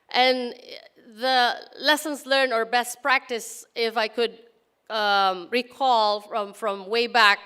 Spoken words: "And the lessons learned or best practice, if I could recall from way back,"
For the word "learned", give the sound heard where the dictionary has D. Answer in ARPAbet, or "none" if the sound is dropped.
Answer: none